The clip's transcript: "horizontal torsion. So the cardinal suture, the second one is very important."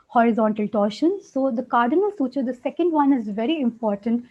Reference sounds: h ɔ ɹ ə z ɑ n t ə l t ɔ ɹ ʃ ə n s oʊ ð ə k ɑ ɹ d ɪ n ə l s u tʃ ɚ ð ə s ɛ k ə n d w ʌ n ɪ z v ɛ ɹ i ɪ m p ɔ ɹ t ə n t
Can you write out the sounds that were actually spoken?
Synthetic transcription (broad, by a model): h ɔ ɹ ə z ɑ n t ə l t ɔ ɹ ʃ ə n s oʊ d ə k ɑ ɹ d ɪ n ə l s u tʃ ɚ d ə s ɛ k ə n d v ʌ n ɪ z v ɛ ɹ i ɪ m p ɔ ɹ t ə n t